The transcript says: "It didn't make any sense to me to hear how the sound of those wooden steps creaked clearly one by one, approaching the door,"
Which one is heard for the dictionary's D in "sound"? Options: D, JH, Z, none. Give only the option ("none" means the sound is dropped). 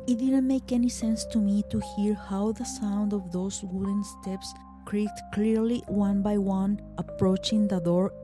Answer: D